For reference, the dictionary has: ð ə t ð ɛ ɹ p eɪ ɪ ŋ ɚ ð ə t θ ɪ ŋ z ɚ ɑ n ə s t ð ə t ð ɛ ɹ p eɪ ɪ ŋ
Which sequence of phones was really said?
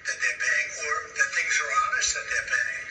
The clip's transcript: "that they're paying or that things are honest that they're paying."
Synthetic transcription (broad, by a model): ð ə t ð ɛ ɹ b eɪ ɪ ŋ ɚ ð ə t θ ɪ ŋ z ɚ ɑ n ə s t ð ə t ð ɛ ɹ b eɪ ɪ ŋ